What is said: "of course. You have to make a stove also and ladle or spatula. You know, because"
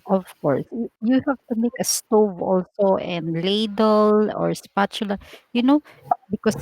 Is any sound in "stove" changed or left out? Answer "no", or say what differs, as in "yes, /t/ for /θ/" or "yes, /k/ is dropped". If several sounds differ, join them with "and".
no